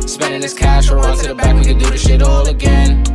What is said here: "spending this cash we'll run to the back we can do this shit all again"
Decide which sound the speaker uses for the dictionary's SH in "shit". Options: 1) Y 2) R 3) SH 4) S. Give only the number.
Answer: 3